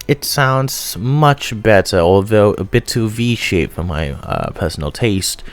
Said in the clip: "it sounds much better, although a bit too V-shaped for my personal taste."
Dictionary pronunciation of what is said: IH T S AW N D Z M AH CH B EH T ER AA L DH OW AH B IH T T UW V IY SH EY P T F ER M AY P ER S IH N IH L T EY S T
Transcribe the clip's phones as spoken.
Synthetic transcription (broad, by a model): IH T S AW N D Z M AH CH B EH T ER AA L DH OW AH B IH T T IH V IY SH EY T F ER M AY P ER S N L T EY S T